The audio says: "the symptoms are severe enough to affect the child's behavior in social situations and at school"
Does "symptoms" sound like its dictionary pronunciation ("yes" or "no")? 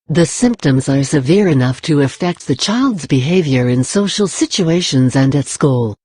yes